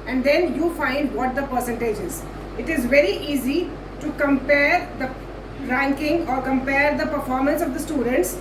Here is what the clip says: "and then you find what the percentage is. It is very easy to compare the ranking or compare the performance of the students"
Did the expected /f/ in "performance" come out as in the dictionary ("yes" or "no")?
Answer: yes